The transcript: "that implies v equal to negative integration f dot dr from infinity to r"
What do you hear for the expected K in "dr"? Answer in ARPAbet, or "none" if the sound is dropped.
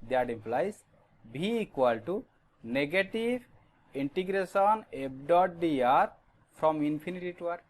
none